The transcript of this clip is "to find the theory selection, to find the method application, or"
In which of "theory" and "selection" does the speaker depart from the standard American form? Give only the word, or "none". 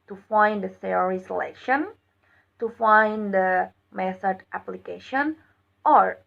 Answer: theory